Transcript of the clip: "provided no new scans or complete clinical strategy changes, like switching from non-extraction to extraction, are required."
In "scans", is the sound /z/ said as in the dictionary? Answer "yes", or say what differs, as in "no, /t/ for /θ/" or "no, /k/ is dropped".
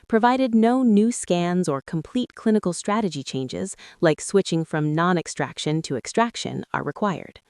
yes